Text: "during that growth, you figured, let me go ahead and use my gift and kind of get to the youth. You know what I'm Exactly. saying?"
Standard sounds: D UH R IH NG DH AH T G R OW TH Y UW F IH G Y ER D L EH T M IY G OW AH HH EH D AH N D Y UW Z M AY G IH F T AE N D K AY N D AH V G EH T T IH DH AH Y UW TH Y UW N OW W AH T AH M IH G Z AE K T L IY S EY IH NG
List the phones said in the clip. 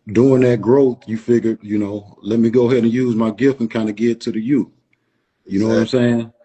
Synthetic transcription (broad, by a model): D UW IH NG DH AH T G R OW TH Y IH F IH G Y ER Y L EH T M IY G OW AH HH EH D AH N Y UW Z M AY G IH F T N K AY N D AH G EH T T IH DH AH Y UW TH Y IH N OW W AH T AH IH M S EY IH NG